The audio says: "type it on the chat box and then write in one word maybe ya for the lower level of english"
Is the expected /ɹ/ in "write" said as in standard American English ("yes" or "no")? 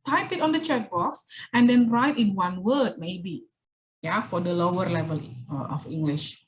yes